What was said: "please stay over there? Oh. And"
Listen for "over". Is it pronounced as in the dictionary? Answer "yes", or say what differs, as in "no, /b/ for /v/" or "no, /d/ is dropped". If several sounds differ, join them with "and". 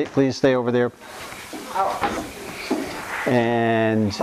yes